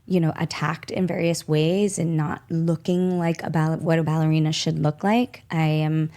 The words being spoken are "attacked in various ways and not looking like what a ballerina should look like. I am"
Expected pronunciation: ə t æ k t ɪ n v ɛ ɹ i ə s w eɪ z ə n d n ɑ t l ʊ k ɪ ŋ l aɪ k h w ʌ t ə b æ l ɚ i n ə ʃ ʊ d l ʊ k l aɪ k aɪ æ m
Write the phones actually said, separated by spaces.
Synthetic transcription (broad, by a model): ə t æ k t ɪ n v ɛ ɹ i ə s w eɪ z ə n n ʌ t l ʊ k ɪ ŋ l aɪ k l w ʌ t ə b æ l ɚ i n ə ʃ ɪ d l ʊ k l aɪ k aɪ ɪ m